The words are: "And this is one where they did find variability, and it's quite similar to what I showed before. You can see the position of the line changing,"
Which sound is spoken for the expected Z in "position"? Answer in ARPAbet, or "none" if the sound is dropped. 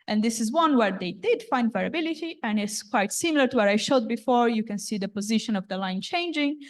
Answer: Z